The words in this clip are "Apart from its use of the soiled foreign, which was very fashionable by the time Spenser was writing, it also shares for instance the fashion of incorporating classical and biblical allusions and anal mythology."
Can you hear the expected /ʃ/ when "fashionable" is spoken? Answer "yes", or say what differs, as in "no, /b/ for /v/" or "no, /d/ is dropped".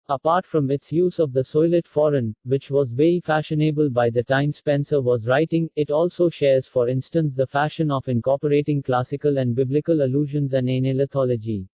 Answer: yes